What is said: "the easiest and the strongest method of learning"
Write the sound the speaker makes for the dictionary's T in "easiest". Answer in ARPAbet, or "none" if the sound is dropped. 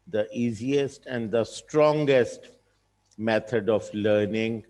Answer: T